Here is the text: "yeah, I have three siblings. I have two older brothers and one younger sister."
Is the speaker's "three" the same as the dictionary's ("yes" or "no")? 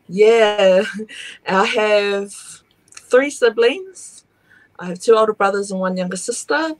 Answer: yes